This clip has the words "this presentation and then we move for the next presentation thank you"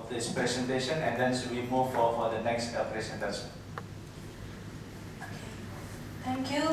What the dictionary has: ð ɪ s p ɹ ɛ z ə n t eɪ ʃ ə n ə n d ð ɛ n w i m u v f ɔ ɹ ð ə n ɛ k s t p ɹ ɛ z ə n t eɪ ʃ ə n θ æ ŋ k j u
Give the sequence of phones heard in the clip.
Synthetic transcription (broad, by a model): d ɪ s p ɹ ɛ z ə n t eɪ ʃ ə n ə n d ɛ n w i m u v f ɔ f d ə n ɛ k s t p ɹ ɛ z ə n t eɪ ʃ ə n t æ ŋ k j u